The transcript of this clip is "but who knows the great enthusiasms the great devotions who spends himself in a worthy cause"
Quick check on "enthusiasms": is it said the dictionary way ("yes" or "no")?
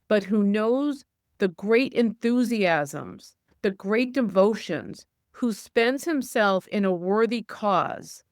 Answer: yes